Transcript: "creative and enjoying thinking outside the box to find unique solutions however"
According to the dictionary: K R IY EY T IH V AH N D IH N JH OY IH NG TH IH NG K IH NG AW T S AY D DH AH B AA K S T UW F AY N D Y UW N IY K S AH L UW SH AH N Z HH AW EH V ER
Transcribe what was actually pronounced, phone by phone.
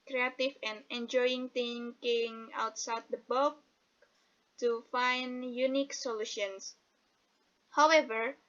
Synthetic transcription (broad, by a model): K R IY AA T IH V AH N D IH N JH OY IH NG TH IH NG K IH NG AW T S AY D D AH B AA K T UW F AY N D Y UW N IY K S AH L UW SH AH N S HH AW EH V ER